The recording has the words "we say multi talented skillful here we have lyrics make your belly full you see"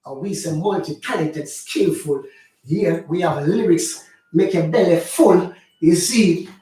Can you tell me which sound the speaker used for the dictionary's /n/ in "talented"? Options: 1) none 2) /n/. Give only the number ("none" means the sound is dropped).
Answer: 1